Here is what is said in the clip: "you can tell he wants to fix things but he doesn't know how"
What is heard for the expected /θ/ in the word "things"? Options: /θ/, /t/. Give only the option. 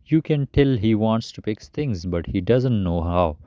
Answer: /t/